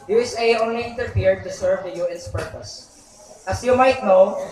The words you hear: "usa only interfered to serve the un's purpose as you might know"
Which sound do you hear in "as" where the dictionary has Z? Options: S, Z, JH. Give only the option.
S